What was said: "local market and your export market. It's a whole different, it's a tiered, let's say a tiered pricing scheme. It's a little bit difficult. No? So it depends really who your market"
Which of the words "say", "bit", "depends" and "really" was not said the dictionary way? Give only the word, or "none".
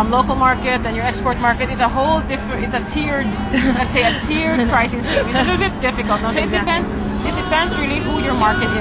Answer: depends